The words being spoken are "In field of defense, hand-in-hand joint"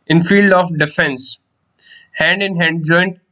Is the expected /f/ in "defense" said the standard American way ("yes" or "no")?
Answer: yes